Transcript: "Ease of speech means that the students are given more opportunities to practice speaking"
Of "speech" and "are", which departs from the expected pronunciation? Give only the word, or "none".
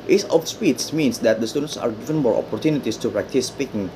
speech